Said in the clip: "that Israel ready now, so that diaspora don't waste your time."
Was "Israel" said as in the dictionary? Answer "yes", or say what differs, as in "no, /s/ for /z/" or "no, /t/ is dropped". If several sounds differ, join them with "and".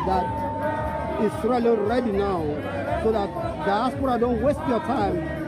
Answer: no, /s/ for /z/ and /n/ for /l/